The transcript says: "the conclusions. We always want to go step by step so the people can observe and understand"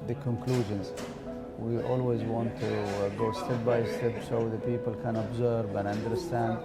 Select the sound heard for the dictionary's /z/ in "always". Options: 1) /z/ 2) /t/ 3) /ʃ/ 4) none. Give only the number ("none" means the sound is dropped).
1